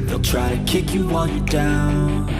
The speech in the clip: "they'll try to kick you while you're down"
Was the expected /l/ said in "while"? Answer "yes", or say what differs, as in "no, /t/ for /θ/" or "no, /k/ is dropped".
no, /n/ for /l/